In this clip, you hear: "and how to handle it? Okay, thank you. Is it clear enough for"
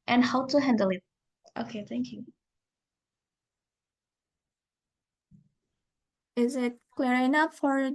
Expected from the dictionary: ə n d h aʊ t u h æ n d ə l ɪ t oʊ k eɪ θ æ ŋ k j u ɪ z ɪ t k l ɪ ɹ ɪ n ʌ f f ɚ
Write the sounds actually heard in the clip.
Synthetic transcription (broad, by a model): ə n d h aʊ t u h æ n d ə l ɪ t oʊ k eɪ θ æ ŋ k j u ɪ z ɪ t k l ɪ ɹ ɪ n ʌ p f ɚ